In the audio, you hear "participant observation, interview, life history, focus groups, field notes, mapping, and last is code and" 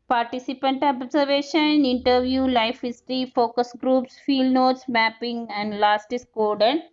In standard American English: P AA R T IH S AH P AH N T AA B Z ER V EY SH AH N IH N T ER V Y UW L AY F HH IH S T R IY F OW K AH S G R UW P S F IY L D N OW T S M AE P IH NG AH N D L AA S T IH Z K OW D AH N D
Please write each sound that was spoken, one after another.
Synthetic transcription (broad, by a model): P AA R T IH S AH P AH N T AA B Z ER V EY SH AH N IH N T ER V Y UW L AY F HH IH S T R IY F OW K AH S G R UW P S F IY L D N OW T S M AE P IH NG AH N D L AA S T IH S K OW D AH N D